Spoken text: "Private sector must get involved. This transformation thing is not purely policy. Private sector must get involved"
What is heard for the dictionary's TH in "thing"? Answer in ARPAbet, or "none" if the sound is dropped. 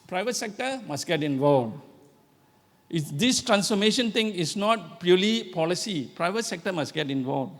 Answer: T